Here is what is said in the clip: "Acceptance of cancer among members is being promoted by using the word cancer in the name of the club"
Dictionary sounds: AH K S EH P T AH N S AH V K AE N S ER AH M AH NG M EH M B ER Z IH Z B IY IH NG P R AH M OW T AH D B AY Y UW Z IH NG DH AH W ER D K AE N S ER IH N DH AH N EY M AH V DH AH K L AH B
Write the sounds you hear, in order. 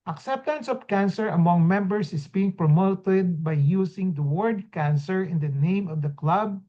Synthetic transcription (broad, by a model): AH K S EH P T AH N S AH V K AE N S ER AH M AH NG M EH M B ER S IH S B IY IH NG P R AH M OW T AH D B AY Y UW S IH NG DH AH W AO D K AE N S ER IH N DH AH N EY M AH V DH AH K L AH B